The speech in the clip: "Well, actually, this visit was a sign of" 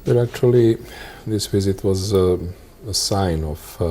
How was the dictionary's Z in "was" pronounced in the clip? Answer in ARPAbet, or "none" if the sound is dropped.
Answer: Z